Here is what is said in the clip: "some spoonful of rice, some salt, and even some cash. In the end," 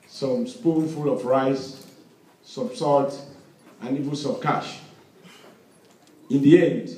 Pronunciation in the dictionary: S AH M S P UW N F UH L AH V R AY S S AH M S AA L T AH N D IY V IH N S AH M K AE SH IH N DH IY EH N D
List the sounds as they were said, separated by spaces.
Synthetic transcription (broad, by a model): S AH M S P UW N F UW L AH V R AY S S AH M S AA T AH N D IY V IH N S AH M K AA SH IH N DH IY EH N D